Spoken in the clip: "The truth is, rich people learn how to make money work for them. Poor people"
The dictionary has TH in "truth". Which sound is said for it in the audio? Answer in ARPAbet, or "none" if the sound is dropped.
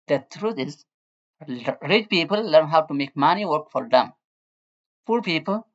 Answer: T